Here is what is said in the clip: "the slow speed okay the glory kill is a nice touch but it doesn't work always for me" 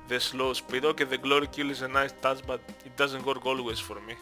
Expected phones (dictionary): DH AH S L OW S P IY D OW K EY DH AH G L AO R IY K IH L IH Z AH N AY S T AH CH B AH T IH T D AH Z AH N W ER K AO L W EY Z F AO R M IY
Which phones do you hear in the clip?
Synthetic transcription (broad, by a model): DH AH S L OW S P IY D OW K EY DH AH G L AO R IY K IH L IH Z AH N AY S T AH S B AH T IH T D AH Z AH N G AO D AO L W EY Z F AO R M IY